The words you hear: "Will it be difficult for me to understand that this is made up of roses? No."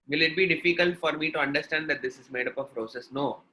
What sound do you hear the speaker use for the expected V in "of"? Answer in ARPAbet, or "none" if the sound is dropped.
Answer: P